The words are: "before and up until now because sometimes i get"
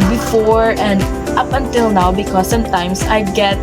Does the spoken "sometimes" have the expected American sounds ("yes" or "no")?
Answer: no